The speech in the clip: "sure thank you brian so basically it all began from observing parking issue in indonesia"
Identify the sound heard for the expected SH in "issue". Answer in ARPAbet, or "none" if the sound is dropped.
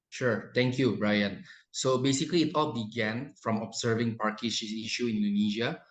S